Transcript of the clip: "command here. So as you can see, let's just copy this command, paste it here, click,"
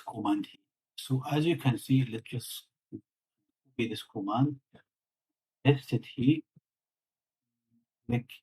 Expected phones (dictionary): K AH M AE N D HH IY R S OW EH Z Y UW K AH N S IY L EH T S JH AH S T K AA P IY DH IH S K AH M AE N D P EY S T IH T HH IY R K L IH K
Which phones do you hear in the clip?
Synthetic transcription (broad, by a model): K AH M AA N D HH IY S OW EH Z Y UW K AH N S IY L EH T S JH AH S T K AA B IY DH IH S K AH M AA N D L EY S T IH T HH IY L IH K